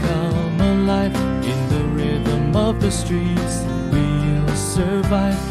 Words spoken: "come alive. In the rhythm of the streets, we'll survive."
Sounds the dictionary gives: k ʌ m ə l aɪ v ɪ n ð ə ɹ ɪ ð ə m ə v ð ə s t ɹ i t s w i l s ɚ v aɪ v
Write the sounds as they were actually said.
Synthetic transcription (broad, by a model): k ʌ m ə l aɪ f ɪ n ð ə ɹ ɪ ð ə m ə v ð ə s t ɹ i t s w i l s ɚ v aɪ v